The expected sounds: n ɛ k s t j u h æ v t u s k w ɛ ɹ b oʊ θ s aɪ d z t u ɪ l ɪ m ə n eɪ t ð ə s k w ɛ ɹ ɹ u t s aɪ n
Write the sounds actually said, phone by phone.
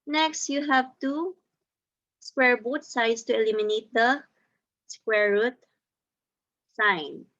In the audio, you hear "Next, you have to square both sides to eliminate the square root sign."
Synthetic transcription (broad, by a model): n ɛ k s t j u h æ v t u s k w ɛ ɹ b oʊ t s aɪ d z t u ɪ l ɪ m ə n eɪ t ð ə s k w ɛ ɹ ɹ u t s aɪ n